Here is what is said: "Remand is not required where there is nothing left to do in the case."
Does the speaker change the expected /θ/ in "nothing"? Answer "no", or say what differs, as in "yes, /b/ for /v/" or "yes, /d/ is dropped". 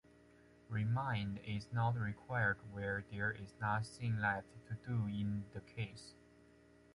yes, /s/ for /θ/